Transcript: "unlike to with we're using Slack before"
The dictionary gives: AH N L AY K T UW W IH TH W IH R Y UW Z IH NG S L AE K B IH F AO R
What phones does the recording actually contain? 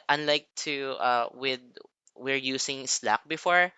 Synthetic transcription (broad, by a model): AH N L AY K T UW W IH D W IH R Y UW S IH NG S L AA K B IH F AO R